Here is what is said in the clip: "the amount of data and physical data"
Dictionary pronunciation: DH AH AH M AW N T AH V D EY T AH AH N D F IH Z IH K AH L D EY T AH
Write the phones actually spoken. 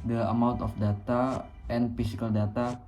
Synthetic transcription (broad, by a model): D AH AH M AW N T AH F D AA T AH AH N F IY S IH K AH L D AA T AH